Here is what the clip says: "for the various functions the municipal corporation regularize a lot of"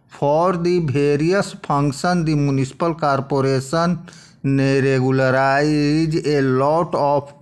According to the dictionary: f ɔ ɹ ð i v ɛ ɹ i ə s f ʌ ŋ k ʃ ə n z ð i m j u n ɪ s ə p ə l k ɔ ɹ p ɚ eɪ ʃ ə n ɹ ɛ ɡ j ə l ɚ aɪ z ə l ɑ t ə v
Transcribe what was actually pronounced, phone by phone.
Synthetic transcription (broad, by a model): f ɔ ɹ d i b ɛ ɹ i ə s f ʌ ŋ k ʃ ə n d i m j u n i s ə p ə l k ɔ ɹ p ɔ eɪ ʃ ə n ɹ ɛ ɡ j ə l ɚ aɪ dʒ ə l ɑ t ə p